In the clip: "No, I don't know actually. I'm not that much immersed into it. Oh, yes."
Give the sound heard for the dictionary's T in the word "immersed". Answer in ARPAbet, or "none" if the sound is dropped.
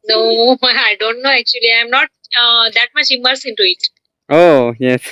none